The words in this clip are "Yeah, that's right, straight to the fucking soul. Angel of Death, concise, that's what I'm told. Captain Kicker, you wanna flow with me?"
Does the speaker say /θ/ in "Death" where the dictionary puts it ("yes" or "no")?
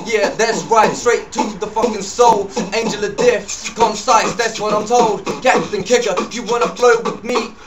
no